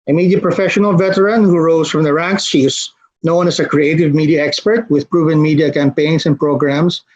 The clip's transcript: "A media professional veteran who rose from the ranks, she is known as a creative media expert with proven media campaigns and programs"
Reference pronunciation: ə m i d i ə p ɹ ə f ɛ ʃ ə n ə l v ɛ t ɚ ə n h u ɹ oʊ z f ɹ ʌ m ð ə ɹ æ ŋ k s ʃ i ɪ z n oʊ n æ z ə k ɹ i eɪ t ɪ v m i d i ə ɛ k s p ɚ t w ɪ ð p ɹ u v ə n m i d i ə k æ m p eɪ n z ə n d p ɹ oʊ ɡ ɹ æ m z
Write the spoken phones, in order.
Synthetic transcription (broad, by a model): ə m i d i ə p ɹ ə f ɛ ʃ ə n ə l v ɛ t ɚ ə n h u ɹ oʊ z f ɹ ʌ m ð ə ɹ æ ŋ k s ʃ i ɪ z n oʊ n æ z ə k ɹ i eɪ t ɪ v m i d i ə ɛ k s p ɚ t w ɪ ð p ɹ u v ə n m i d i ə k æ m p eɪ n s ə n p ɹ oʊ ɡ ɹ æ m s